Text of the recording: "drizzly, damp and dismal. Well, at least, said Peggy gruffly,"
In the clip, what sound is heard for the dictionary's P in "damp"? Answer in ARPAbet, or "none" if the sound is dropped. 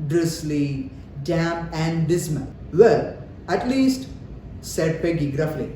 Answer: none